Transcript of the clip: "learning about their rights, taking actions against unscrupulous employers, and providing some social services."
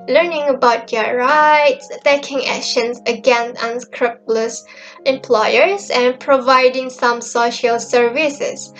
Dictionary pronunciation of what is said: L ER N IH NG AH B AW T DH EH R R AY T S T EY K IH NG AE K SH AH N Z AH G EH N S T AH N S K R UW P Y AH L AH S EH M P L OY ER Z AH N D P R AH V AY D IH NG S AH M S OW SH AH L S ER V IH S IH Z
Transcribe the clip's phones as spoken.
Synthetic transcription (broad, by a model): L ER N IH NG AH B AW T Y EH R R AY T S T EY K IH NG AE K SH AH N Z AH G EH N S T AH N S K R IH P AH L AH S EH M P L OY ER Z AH N P R AH V AY D IH NG S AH M S OW SH AH L S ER V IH S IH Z